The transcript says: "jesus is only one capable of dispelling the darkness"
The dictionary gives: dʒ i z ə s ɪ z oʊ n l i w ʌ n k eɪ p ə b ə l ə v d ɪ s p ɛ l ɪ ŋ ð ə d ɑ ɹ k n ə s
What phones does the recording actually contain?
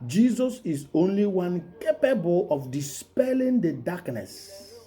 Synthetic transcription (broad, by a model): dʒ i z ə s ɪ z oʊ n l i w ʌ n k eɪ p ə b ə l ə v d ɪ s p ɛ l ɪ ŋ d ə d ɑ k n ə s